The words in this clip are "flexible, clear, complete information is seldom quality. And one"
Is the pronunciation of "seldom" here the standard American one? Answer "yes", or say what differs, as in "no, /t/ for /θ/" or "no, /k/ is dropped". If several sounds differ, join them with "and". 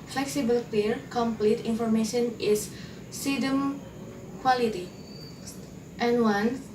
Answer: no, /l/ is dropped